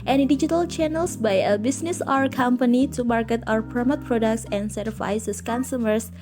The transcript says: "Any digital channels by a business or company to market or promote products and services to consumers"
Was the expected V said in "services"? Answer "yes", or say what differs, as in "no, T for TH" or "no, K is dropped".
no, V is dropped